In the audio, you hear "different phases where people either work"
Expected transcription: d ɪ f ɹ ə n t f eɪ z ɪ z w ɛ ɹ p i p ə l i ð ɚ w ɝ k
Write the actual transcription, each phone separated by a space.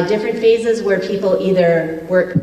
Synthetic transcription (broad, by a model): d ɪ f ɹ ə n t f eɪ z ɪ z w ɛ ɹ p i p l i ð ɚ w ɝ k